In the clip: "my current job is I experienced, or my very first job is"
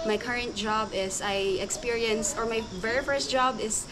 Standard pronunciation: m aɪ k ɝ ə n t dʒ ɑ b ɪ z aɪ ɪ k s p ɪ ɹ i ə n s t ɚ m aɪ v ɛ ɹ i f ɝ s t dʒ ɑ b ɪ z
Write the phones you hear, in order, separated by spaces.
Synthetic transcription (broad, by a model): m aɪ k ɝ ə n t dʒ ɑ b ɪ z aɪ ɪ k s p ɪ ɹ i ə n s ɚ m aɪ v ɛ ɹ i f ɝ s t dʒ ɑ b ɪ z